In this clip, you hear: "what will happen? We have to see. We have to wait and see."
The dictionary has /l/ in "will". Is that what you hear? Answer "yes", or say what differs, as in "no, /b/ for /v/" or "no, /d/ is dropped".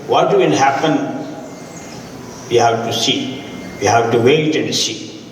no, /n/ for /l/